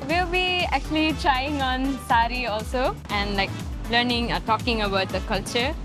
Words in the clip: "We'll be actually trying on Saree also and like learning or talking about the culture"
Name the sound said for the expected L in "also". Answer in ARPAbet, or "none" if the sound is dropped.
L